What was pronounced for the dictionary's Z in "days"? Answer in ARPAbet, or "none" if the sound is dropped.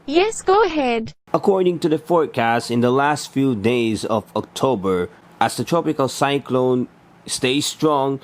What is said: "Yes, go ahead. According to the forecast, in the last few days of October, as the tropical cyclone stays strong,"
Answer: Z